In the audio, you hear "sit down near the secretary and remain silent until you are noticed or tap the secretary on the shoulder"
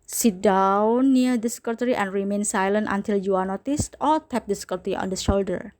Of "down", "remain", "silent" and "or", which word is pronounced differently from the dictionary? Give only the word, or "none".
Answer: or